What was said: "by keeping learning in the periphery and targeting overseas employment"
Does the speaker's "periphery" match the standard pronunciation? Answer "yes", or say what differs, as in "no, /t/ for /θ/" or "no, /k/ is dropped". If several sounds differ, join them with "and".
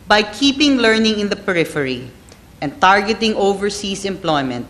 yes